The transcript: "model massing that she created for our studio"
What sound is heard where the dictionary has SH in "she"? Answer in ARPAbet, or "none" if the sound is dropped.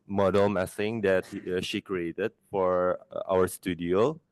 SH